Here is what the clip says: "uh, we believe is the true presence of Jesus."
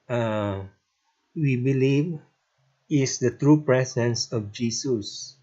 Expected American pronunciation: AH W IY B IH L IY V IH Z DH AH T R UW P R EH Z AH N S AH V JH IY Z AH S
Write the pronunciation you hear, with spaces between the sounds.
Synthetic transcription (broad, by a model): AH W IY B IH L IY V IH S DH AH T R UW P R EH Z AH N S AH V JH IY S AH S